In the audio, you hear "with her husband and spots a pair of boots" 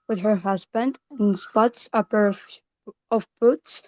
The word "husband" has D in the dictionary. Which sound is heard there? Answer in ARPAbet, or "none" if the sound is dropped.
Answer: D